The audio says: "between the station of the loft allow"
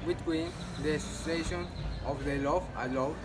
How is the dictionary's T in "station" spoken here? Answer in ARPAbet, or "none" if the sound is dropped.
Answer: S